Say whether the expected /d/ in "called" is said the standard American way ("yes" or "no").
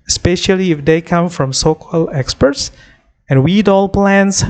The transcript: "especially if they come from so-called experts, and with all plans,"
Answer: no